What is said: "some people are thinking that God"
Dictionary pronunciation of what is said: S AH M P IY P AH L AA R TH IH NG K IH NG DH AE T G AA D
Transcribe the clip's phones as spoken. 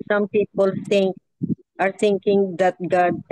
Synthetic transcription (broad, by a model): S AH M P IY P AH L AA R T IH NG K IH NG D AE T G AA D